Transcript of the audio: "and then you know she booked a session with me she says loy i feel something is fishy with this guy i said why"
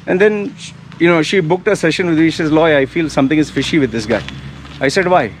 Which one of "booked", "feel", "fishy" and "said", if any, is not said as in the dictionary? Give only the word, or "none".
none